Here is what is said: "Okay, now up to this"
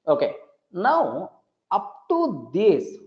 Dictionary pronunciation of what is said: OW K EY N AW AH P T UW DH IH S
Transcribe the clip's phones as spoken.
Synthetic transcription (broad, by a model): OW K EY N AW AH P T UW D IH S